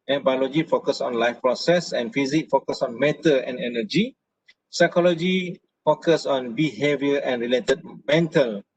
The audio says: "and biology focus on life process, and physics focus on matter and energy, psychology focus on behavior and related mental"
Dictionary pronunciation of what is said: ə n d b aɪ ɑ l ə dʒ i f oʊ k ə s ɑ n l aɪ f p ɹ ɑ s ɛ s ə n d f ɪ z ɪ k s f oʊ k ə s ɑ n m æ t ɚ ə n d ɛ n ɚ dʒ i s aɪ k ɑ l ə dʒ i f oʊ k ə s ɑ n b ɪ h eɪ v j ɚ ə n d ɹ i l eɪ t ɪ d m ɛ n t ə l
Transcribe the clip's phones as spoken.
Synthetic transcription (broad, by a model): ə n b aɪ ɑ l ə dʒ i f oʊ k ə s ɑ n l aɪ f p ɹ ɑ s ɛ s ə n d f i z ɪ k f oʊ k ə s ɑ n m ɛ t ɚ ə n d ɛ n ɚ dʒ i s aɪ k ɑ l ə dʒ i f oʊ k ə s ɑ n b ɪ h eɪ v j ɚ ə n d ɹ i l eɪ t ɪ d m ɛ n t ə l